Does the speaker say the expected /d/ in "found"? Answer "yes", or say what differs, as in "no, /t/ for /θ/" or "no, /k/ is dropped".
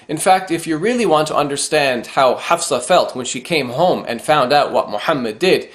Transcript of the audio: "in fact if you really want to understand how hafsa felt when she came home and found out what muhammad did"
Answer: yes